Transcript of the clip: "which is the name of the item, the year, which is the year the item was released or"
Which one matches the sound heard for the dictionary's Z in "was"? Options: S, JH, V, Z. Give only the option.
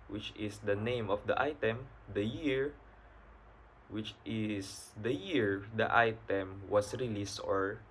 S